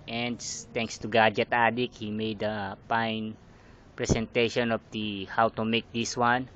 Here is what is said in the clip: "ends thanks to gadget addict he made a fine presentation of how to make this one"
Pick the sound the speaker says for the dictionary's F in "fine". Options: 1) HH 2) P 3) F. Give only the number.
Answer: 2